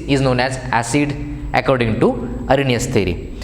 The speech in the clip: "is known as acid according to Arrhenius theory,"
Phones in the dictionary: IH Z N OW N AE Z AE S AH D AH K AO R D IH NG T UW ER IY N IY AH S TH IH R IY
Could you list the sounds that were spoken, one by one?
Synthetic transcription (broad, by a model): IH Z N OW N AE Z AE S AH D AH K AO R D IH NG T UW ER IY N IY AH S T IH R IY